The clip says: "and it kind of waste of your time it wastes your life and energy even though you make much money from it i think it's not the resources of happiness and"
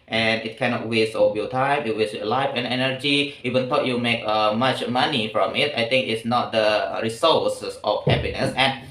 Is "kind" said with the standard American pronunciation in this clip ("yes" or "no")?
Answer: no